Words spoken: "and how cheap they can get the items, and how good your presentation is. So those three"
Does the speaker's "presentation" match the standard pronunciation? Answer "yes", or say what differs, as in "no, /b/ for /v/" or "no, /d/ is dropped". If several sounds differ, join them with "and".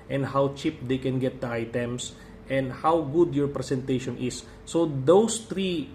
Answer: no, /s/ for /z/